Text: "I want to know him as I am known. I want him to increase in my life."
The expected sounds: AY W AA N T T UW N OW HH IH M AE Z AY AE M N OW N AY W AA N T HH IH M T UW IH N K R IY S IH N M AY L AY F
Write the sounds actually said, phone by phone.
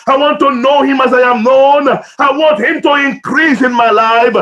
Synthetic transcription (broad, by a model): AY W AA N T T UW N OW HH IH M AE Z AY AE M N OW N AY W AA N T HH IH M T UW IH N K R IY S IH N M AY L AY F